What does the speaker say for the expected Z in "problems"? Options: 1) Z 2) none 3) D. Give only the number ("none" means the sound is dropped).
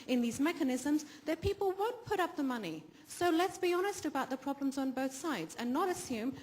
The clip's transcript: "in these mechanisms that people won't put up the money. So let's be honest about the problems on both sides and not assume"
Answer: 1